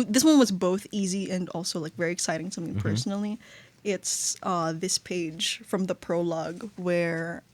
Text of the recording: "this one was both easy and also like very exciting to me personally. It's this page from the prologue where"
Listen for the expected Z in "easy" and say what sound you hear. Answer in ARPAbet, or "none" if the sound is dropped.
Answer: Z